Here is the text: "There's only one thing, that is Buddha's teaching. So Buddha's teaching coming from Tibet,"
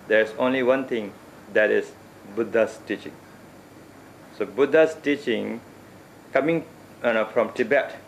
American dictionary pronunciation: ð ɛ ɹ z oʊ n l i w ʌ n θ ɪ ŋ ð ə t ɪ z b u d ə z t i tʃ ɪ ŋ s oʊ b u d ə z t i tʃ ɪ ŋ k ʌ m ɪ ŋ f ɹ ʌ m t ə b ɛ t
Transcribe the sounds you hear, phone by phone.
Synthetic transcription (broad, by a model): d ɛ ɹ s oʊ n l i w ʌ n t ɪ ŋ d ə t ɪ s b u d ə s t i tʃ ɪ ŋ s oʊ b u d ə s t i tʃ ɪ ŋ k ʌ m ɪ ŋ f ɹ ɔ m t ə b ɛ t